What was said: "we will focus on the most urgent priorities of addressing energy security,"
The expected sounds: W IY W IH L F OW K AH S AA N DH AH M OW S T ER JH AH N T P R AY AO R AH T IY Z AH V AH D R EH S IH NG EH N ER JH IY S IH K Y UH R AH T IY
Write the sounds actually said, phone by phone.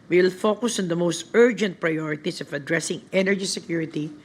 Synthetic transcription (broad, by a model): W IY W IH L F OW K AH S AA N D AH M OW S T ER JH AH N T P R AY AO R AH T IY S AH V AH D R EH S IH NG EH N ER JH IY S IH K Y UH R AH T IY